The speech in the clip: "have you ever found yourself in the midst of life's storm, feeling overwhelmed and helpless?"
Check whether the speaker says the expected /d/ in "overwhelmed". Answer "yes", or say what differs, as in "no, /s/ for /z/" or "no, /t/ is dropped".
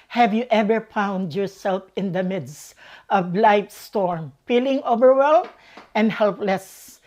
no, /d/ is dropped